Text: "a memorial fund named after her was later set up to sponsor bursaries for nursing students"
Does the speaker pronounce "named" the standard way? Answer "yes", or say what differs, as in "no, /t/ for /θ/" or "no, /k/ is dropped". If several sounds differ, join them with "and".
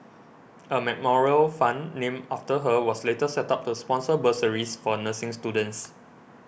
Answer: no, /d/ is dropped